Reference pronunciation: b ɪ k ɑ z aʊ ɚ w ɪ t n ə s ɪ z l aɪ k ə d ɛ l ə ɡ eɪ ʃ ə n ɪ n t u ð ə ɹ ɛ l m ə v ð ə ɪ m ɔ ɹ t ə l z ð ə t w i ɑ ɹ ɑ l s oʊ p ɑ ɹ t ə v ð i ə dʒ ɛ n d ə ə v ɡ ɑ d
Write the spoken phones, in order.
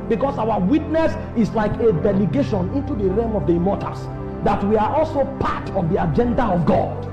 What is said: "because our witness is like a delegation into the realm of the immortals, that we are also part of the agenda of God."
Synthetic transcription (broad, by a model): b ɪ k ɑ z aʊ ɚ w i t n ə s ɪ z l aɪ k ə d ɛ l ə ɡ eɪ ʃ ə n ɪ n t u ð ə ɹ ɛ m ə v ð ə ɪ m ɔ t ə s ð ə t w i ɑ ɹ ɑ l s oʊ p ɑ t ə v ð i ə dʒ ɛ n d ə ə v ɡ ɑ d